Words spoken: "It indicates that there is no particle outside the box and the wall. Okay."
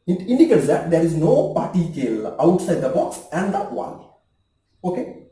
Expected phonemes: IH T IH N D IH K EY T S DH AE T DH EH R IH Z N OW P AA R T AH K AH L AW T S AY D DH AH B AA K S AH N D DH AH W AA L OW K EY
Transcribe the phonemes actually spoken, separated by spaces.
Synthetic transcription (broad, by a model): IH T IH N D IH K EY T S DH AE T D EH R IH Z N OW P AA R T AH K AH L AW T S AY D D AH B AA K S AH N D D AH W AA N OW K EY